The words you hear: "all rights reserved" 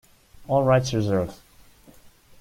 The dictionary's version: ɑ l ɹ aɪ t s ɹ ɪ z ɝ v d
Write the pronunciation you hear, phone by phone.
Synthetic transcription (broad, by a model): ɑ l ɹ aɪ t s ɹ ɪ z ɝ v